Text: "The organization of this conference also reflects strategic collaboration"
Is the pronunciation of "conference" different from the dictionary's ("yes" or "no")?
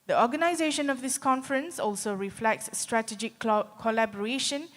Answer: no